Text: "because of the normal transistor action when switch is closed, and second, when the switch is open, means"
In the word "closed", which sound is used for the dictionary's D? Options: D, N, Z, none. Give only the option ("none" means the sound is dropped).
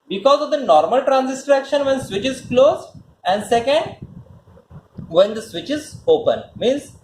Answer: none